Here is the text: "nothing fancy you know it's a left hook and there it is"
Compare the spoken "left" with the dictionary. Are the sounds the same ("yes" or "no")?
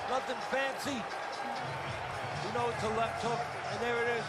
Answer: no